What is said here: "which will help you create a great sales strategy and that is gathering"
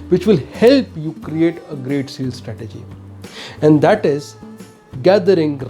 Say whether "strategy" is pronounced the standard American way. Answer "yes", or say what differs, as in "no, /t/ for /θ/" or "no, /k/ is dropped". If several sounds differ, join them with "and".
yes